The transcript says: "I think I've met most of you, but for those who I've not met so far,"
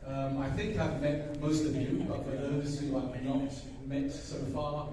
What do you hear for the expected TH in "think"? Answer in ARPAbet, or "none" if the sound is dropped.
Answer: TH